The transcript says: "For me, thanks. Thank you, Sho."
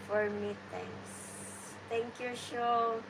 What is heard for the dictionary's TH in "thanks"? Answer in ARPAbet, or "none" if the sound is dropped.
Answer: T